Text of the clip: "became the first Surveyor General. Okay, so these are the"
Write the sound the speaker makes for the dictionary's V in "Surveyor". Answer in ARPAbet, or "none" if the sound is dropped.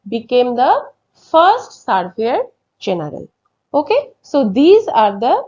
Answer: F